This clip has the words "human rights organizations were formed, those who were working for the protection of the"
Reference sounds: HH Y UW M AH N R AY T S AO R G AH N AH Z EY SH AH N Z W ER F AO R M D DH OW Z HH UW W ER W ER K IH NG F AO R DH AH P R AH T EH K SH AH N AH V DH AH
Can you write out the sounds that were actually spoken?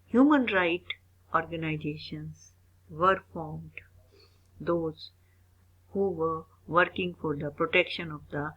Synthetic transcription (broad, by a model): HH Y UW M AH N R AY T AO R G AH N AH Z EY SH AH N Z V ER F AO R M D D OW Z HH UW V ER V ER K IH NG F AO R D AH P R AH T EH K SH AH N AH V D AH